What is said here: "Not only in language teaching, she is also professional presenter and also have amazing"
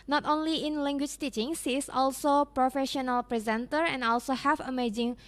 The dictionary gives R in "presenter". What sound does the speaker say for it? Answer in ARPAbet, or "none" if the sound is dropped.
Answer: R